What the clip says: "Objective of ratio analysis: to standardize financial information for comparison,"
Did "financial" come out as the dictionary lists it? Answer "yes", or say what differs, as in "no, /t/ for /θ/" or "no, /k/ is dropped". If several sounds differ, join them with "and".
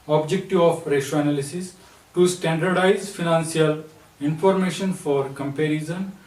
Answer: no, /s/ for /ʃ/